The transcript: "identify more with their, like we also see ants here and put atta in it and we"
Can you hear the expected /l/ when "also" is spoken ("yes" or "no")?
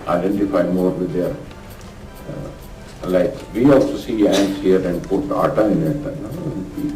yes